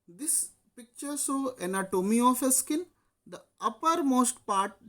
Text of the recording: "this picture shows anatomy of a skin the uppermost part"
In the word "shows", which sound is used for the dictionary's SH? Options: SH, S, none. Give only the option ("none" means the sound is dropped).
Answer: S